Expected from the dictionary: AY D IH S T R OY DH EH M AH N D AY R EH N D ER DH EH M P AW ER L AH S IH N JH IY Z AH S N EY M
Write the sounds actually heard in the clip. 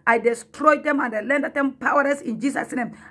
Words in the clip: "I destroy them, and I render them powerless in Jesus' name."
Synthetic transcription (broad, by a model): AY D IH S T R OY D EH M AH N D AY L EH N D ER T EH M P AW ER L AH S IH N JH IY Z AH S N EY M